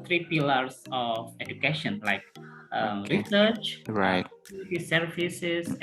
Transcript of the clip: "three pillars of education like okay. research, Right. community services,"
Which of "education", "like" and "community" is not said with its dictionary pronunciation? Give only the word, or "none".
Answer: community